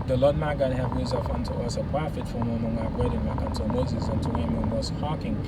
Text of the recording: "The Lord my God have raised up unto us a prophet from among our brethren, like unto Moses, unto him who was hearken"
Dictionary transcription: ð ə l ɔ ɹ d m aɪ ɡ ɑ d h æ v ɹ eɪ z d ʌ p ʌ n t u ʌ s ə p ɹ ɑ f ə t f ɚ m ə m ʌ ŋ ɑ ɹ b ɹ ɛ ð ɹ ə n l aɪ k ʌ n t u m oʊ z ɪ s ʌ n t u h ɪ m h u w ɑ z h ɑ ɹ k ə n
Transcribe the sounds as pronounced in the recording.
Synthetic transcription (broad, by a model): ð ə l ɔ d m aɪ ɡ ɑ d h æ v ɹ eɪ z ʌ f ʌ n t u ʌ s ə p ɹ ɑ f ə t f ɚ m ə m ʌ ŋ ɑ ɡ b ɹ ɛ ɹ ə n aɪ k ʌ n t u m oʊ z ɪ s ʌ n t u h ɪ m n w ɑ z h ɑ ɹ k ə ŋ